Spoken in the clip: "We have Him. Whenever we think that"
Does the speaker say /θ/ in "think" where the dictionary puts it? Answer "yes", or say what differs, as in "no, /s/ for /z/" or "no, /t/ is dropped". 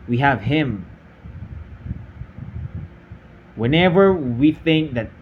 yes